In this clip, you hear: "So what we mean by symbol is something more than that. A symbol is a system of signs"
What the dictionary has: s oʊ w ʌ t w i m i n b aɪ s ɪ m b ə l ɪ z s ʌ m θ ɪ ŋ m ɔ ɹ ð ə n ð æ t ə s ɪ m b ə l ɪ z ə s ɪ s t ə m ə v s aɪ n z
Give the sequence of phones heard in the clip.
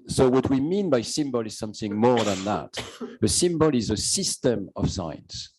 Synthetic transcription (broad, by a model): s oʊ w ʌ t w i m i n b aɪ s ɪ m b ə l ɪ z s ʌ m θ ɪ ŋ m ɔ ɹ ð ə n ð æ t ə s ɪ m b ə l ɪ z ə s ɪ s t ə m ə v s aɪ n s